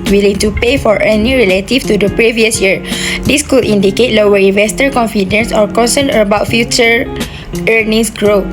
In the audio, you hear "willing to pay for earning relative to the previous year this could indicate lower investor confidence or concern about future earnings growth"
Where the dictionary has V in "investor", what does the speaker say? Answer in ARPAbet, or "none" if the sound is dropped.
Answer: V